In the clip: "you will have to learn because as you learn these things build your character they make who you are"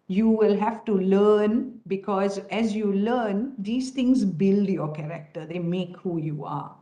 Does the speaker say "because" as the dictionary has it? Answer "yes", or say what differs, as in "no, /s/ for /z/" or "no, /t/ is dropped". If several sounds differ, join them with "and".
yes